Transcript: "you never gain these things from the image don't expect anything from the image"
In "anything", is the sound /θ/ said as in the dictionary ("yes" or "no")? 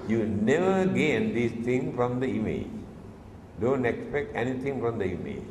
no